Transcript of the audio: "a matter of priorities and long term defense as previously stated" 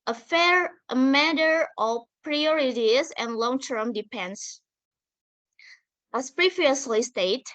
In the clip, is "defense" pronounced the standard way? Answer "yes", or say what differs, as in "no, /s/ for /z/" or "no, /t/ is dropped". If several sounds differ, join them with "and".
no, /p/ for /f/